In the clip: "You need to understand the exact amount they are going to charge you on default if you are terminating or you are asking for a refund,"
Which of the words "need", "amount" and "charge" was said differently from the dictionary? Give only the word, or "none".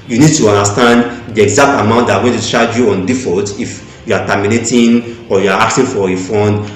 charge